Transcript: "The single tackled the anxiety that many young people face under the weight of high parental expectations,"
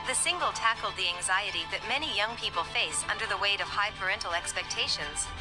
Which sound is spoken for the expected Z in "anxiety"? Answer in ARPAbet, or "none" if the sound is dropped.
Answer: Z